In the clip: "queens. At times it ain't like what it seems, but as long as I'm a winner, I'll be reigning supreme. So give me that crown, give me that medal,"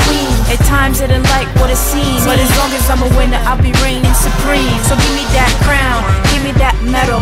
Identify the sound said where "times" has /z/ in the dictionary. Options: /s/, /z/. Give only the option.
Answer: /z/